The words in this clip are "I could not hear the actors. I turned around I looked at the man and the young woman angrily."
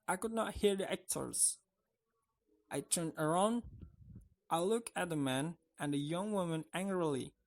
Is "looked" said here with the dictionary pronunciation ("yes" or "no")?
no